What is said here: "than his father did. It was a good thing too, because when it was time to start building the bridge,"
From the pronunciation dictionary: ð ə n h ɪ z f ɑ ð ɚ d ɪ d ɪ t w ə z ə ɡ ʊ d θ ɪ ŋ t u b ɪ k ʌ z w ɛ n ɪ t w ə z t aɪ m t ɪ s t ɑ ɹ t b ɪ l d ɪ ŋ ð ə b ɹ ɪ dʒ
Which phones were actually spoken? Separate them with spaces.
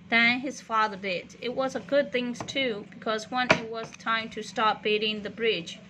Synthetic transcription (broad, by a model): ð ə n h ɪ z f ɑ ð ɚ d ɪ d ɪ t w ə z ə ɡ ʊ d θ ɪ ŋ t u b ɪ k ʌ z w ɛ n ɪ t w ə z t aɪ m t ɪ s t ɑ ɹ t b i d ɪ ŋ ð ə b ɹ ɪ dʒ